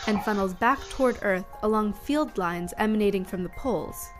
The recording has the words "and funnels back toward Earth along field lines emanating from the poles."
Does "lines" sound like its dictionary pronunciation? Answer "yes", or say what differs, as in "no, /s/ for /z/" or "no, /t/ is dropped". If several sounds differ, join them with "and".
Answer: yes